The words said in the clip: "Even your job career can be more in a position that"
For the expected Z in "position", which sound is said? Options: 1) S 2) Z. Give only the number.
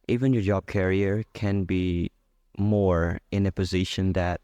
2